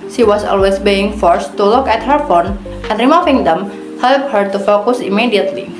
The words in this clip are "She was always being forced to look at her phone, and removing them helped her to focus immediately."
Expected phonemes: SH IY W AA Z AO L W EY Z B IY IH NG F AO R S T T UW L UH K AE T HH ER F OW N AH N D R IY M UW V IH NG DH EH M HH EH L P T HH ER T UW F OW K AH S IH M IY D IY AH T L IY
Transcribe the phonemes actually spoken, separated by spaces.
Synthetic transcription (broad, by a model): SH IY W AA S AO L W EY S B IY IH NG F AO R S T T UW L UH K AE T HH ER F OW N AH N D R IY M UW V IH NG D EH M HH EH L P HH ER T UW F OW K AH S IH M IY D IY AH T L IY